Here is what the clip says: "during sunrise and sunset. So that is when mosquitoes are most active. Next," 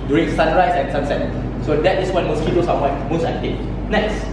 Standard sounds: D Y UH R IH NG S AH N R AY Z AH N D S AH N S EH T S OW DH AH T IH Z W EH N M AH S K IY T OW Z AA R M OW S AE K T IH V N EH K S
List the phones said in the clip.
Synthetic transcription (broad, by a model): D Y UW R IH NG S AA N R AY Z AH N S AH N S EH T S OW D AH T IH S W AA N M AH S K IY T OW S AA W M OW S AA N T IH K N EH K S